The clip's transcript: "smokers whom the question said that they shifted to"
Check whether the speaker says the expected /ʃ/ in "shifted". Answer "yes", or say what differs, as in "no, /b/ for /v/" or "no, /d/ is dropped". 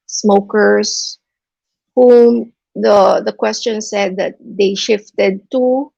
yes